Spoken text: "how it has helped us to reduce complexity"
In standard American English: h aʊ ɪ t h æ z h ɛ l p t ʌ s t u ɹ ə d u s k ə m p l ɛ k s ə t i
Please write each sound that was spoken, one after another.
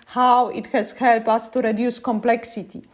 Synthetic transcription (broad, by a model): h aʊ ɪ t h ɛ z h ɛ l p ʌ s t u ɹ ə d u s k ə m p l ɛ k s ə t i